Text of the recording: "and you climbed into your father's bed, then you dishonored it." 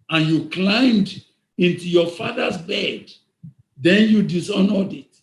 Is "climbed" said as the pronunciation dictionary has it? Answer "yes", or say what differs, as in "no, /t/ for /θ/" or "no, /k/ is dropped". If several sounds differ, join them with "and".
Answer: yes